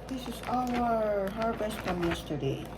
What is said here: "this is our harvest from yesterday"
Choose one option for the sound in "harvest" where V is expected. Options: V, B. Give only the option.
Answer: B